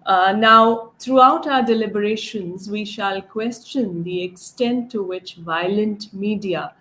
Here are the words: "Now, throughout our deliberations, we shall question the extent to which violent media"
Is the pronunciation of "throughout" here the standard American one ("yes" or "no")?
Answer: no